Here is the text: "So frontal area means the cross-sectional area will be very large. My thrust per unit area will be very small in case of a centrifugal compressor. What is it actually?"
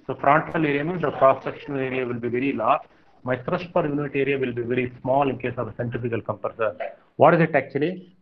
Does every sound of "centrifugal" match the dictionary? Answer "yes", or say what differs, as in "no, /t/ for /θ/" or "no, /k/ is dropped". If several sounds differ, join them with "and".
no, /ɹ/ is dropped